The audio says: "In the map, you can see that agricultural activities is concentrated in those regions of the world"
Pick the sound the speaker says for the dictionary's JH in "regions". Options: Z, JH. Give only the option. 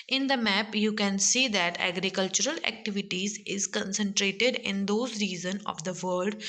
Z